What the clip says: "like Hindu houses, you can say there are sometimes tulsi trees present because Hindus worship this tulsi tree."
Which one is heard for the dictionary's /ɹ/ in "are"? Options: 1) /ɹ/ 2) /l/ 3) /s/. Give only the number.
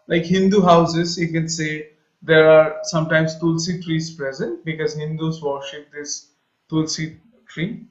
1